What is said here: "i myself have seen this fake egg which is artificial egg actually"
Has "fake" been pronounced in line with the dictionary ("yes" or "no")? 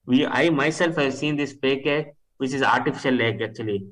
no